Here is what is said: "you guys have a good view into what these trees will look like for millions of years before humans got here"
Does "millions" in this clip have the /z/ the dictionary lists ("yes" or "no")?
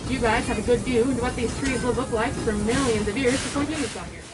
yes